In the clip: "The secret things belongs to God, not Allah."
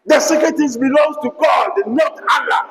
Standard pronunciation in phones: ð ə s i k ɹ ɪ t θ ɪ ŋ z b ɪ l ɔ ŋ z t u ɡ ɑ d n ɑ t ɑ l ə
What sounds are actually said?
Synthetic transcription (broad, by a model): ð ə s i k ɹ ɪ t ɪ z b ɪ l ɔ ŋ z t u ɡ ɑ d n ɑ t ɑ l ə